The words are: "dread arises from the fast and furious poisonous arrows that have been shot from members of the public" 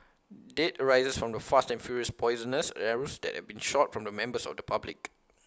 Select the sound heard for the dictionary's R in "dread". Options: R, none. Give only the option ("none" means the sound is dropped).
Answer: none